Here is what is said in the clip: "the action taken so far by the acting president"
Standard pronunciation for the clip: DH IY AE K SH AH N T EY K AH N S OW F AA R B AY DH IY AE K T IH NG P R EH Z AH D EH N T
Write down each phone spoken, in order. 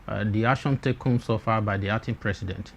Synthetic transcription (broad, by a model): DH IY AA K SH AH N T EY K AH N S OW F AA B AY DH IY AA T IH P R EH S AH D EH N T